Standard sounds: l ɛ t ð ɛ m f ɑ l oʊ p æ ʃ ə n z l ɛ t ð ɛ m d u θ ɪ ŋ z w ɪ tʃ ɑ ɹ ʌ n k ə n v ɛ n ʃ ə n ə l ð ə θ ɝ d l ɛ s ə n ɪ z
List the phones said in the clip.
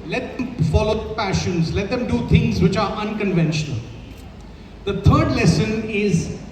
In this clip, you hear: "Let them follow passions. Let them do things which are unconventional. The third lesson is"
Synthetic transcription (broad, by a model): l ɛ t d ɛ m f ɑ l oʊ p æ ʃ ə n z l ɛ t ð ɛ m d u t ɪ ŋ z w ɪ tʃ ɑ ɹ ʌ n k ə n v ɛ n ʃ ə n ə l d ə t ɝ d l ɛ s ə n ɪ z